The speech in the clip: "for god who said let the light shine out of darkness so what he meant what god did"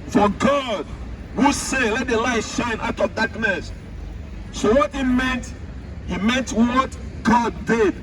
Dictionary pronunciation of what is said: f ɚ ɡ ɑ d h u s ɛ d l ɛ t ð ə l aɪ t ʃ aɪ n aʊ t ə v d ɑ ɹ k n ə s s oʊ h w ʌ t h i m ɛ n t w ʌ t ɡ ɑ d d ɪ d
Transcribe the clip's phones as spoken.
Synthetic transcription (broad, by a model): f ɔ ɡ ɑ d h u s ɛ l ɛ t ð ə l aɪ t ʃ aɪ n aʊ t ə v d ɑ k n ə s s oʊ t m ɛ t h i m ɛ n t w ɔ t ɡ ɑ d d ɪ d